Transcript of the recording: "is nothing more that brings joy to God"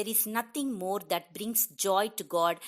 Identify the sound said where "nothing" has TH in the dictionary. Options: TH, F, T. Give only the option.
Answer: T